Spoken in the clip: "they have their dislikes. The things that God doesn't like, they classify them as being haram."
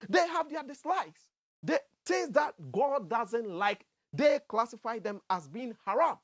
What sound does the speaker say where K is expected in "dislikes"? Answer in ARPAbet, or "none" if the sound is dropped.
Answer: none